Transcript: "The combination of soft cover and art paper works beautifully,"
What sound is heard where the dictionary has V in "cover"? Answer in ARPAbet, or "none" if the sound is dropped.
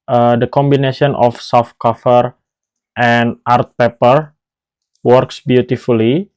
F